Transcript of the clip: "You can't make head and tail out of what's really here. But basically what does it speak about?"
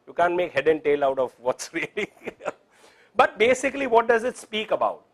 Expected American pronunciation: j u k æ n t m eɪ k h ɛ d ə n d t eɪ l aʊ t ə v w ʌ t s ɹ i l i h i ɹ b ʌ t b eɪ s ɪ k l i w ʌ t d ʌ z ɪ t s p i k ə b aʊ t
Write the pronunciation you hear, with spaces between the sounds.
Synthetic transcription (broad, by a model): j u k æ n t m eɪ k h ɛ d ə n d t eɪ l aʊ t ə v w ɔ t s ɹ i i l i b ʌ t b eɪ s ɪ k l i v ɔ t d ʌ z ɪ t s p i k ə b aʊ t